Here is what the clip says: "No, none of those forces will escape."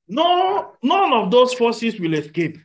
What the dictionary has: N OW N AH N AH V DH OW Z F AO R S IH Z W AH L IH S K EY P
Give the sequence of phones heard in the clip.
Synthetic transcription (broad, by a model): N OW N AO N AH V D OW S F AO S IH S W AH L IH S K EY P